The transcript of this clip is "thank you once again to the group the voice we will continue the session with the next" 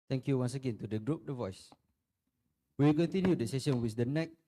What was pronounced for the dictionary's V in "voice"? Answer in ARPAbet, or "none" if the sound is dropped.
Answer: V